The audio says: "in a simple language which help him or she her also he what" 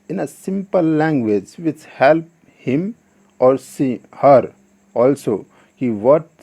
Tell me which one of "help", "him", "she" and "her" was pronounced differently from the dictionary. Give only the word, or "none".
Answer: she